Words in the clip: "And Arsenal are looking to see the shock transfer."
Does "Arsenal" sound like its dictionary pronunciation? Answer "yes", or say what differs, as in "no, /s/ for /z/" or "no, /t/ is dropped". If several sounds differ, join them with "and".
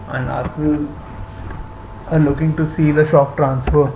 no, /n/ is dropped